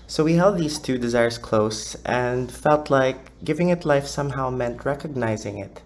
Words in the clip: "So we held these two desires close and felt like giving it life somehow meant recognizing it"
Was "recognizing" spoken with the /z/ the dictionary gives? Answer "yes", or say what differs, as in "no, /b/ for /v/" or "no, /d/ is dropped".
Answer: yes